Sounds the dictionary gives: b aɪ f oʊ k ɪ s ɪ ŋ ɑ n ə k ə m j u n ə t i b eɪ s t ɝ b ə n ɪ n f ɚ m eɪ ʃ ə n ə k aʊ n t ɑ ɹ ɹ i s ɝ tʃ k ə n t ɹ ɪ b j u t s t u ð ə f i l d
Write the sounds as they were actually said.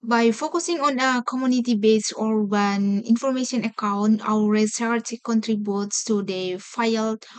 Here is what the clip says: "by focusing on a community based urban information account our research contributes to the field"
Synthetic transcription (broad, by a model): b aɪ f oʊ k ɪ s ɪ ŋ ɑ n ə k ə m j u n ə t i b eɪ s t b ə n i n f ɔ m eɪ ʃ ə n ə k aʊ n t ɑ w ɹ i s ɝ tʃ k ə n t ɹ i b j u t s t u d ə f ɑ l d